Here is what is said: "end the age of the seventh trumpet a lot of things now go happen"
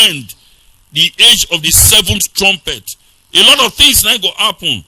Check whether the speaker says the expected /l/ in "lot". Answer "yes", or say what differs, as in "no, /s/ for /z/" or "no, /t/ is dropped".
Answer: yes